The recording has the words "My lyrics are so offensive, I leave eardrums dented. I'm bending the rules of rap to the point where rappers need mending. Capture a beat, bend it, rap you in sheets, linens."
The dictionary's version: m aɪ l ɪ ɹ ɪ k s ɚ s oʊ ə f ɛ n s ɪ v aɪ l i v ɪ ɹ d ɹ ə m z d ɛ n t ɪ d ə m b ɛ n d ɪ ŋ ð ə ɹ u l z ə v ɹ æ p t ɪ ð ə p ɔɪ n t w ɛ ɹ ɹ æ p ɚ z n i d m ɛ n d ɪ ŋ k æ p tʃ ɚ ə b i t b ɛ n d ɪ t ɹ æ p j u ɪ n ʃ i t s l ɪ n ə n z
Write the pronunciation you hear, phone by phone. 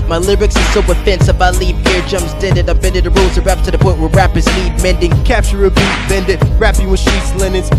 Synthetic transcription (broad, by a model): m aɪ l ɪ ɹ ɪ k s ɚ s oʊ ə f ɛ n s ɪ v aɪ l i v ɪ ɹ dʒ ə m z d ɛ n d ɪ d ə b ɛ n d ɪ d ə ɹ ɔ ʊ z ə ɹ ɹ æ p t ɪ ð ə p ɔɪ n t w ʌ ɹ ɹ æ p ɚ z l i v m ɛ n d ɪ ŋ k æ p tʃ ɚ ə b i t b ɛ n d ɪ t ɹ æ p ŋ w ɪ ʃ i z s l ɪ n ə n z